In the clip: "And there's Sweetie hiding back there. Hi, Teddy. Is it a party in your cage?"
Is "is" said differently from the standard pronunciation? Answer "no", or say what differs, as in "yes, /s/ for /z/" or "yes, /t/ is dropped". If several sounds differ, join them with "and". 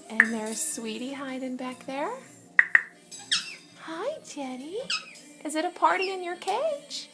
no